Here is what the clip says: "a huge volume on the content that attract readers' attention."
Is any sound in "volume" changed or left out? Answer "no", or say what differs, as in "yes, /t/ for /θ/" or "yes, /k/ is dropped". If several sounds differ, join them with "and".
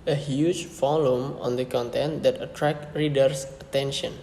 yes, /f/ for /v/